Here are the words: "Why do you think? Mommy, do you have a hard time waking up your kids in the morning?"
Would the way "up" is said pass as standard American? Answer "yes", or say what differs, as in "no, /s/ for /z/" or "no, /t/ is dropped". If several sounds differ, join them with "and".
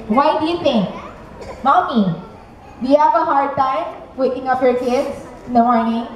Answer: no, /f/ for /p/